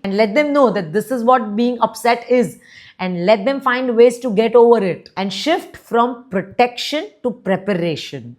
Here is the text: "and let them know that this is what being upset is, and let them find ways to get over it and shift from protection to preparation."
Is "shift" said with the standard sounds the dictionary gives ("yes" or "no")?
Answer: yes